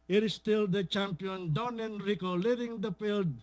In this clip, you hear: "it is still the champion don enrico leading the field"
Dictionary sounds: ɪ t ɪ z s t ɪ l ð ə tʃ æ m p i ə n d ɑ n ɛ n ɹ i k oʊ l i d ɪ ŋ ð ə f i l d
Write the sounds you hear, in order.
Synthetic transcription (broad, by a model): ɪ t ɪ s t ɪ l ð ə tʃ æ m p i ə n d ɑ n ɛ n ɹ i k oʊ l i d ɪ ŋ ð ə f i l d